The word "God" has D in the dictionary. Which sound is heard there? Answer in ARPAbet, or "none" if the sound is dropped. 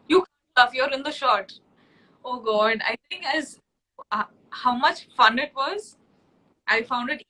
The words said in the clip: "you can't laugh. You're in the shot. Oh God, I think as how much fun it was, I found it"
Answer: D